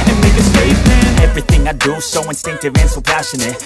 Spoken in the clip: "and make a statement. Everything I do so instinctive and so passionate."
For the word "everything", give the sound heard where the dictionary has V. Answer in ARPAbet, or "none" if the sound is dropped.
V